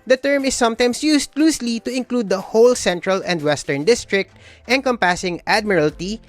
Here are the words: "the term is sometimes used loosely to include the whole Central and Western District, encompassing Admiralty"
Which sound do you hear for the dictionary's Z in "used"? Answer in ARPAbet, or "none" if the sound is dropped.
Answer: S